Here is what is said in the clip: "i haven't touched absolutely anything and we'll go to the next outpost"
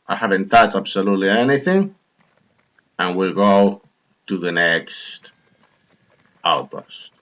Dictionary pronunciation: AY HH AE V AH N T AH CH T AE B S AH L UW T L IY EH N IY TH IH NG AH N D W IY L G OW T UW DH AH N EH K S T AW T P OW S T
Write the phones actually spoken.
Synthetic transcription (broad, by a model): AY HH AE V AH N T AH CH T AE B S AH L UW T L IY EH N IY TH IH NG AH N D W IY L G OW T UW DH AH N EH K S T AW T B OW S T